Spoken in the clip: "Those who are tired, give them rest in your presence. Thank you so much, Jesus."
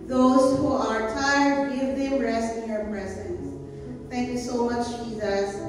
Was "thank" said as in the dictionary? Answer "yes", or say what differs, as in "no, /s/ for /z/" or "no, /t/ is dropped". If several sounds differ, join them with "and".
no, /t/ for /θ/